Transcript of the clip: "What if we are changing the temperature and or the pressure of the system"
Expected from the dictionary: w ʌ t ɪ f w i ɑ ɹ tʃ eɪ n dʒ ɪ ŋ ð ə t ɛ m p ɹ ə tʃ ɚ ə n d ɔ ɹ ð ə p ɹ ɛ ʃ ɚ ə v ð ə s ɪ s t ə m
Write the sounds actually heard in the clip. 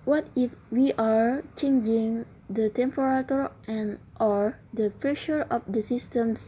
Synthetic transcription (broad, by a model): w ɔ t ɪ f w i ɑ ɹ tʃ eɪ n dʒ ɪ ŋ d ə t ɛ m p ɹ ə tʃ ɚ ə n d ɔ ɹ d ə p ɹ ɛ ʃ ɚ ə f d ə s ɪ s t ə m